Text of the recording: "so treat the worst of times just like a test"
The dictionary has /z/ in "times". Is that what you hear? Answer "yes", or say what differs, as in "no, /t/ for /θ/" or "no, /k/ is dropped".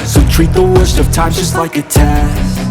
no, /z/ is dropped